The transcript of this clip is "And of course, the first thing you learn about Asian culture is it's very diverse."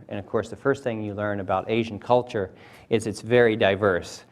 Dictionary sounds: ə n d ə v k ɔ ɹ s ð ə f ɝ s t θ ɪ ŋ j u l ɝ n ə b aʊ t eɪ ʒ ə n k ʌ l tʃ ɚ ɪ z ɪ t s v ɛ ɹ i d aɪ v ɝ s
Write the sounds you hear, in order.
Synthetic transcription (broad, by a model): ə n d ə v k ɔ ɹ s ð ə f ɝ s t θ ɪ ŋ j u l ɝ n ə b aʊ t eɪ ʒ n k ʌ l tʃ ɚ ɪ z ɪ t s v ɛ ɹ i d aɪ v ɝ s